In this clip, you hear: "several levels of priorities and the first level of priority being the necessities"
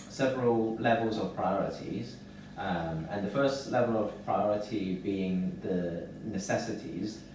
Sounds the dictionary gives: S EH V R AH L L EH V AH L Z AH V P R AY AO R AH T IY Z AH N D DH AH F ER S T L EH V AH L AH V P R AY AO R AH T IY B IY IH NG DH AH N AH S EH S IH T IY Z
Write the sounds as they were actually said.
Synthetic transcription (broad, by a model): S EH V R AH L L EH V AH L Z AH V P R AY AO R AH T IY Z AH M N DH AH F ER S T L EH V AH L AH V P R AY AO R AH T IY B IY IH NG DH AH N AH S EH S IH T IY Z